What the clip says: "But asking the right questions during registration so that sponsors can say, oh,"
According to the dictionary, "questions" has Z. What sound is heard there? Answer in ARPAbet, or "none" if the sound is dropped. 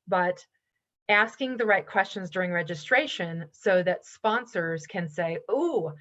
Z